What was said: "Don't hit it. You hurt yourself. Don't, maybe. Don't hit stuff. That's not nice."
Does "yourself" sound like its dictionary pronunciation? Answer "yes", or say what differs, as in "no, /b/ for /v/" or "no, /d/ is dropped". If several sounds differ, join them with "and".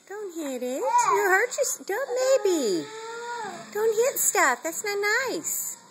no, /l/ is dropped